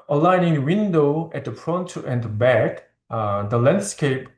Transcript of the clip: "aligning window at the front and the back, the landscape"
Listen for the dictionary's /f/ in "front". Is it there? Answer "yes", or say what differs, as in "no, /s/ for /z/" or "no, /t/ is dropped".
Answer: no, /p/ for /f/